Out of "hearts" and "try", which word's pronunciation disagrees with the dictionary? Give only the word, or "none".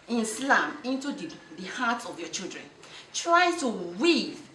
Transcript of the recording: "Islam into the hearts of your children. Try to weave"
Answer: hearts